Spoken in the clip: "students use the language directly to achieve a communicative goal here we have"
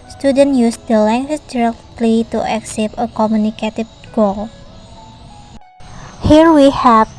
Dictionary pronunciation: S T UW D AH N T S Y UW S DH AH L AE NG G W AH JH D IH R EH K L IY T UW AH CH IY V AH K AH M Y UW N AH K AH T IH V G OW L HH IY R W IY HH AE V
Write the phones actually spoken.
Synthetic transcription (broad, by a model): S T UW D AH N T Y UW S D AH L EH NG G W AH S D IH R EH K L IY T UW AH S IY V AH K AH M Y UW N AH K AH T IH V G OW L HH IY R W IY HH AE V